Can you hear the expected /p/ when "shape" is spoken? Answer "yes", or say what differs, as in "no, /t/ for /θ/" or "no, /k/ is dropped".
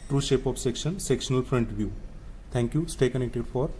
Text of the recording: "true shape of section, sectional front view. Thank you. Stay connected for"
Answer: yes